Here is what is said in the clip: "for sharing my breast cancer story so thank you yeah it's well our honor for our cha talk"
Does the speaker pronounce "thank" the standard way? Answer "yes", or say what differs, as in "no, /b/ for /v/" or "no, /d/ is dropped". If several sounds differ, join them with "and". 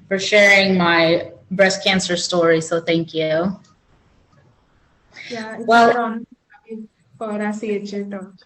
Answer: yes